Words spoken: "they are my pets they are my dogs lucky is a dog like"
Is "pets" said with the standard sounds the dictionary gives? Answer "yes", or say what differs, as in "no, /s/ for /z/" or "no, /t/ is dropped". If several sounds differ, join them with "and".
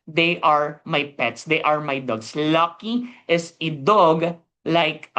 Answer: yes